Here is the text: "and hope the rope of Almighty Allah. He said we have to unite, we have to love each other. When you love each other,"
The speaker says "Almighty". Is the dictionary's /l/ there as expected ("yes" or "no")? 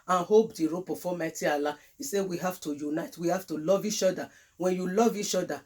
no